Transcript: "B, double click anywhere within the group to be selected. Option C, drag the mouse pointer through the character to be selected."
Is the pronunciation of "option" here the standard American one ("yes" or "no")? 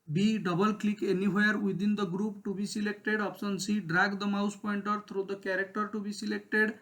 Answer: no